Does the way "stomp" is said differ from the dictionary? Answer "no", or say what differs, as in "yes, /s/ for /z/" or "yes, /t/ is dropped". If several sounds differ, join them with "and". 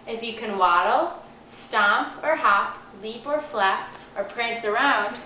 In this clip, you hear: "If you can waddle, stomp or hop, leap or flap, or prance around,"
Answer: no